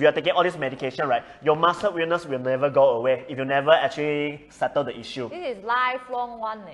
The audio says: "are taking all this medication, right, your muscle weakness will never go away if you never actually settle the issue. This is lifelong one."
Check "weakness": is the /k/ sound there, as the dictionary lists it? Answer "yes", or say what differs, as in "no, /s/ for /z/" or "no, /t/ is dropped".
no, /k/ is dropped